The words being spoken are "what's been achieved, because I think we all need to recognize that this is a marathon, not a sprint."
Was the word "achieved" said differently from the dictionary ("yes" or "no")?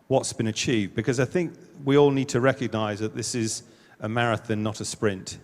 no